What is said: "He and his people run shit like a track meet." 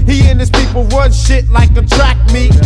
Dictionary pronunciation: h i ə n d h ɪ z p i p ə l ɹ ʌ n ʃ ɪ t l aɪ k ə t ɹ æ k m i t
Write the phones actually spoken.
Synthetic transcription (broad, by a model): h i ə n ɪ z p i p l w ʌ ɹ ʃ ɪ t l aɪ k ə t ɹ æ k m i